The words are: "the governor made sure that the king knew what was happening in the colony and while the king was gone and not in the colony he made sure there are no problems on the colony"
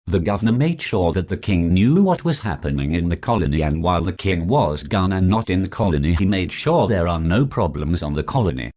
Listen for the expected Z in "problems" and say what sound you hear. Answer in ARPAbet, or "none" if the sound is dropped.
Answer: Z